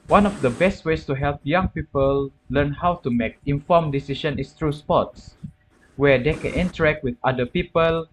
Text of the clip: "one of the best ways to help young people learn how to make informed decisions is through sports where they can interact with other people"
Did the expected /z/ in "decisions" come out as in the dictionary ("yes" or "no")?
no